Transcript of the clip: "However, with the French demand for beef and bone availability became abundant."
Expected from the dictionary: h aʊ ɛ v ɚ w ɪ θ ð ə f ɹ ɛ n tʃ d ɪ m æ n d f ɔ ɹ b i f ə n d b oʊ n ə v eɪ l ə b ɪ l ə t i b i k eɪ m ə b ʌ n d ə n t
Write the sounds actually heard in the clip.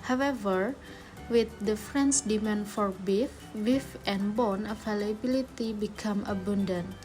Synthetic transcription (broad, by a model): h aʊ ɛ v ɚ w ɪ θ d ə f ɹ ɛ n s d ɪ m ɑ n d f ɔ ɹ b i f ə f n b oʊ n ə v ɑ l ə b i l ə t i b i k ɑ m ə b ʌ n d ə n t